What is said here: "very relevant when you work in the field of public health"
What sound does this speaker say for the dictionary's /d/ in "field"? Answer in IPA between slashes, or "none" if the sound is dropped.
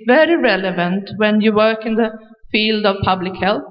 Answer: /d/